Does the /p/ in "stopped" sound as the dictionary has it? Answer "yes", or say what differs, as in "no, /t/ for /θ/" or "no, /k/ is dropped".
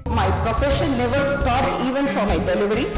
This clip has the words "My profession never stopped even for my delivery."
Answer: no, /p/ is dropped